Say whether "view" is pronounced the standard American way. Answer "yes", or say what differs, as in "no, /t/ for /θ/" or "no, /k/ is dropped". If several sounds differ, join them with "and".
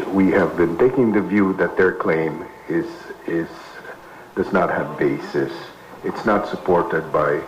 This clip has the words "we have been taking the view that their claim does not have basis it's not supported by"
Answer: yes